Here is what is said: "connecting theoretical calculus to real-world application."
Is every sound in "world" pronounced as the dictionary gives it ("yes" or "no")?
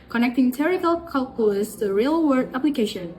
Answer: no